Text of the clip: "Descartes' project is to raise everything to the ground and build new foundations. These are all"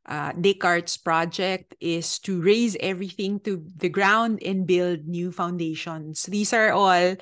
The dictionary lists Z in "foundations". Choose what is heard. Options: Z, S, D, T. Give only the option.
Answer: S